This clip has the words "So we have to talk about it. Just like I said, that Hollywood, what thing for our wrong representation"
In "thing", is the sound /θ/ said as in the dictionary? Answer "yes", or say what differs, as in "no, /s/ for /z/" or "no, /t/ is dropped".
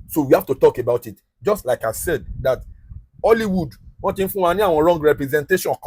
no, /f/ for /θ/